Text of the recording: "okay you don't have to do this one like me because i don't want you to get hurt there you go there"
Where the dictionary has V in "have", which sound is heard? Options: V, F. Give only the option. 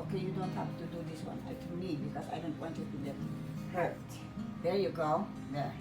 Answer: F